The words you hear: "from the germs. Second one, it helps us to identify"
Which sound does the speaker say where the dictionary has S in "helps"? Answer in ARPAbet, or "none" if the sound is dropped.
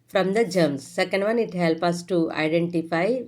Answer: none